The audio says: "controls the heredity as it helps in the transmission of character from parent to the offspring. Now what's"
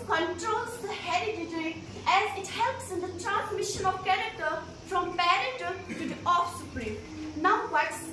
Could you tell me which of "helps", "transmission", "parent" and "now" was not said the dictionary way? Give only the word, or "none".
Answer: parent